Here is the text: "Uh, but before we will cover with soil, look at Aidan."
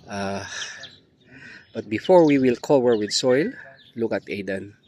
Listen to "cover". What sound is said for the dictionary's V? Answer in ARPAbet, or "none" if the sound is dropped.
W